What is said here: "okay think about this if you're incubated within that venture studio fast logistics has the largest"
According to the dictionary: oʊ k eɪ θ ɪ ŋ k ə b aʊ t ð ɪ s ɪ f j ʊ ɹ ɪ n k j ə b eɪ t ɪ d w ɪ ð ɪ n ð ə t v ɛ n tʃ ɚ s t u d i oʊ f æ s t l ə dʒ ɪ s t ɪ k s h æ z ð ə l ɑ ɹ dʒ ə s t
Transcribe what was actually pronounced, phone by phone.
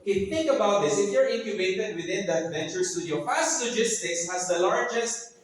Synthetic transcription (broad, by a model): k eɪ θ ɪ ŋ k ə b aʊ t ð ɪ s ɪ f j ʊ ɹ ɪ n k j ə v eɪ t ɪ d w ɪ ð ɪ n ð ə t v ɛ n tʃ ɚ s t u d i oʊ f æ s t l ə dʒ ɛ s t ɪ k s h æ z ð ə l ɑ ɹ dʒ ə s t